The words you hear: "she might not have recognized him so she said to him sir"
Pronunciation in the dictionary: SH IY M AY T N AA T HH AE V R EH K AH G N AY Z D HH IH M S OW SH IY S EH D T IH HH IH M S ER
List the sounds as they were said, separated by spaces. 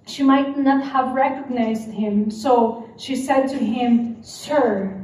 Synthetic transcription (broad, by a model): SH IY M AY T N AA T HH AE V R EH K AH G N AY Z D HH IH M S OW SH IY S EH D T IH HH IH M S ER